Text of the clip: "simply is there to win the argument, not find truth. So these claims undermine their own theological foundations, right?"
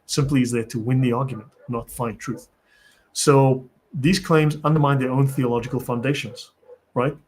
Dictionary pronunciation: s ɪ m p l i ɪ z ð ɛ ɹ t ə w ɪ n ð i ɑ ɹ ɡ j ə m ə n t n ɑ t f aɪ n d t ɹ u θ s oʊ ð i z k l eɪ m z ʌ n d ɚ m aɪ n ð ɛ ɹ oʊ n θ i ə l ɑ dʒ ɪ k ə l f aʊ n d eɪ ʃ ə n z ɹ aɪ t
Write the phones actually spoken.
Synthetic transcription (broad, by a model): s ɪ m p l i ɪ z ð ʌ ɹ t ə w ɪ n ð i ɑ ɹ ɡ j ə m ə n t n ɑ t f aɪ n t ɹ u θ s oʊ ð i z k l eɪ m z ʌ n d ɚ m aɪ n ð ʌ ɹ oʊ n θ i ə l ɑ dʒ ɪ k ə l f aʊ n d eɪ ʃ ə n z ɹ aɪ t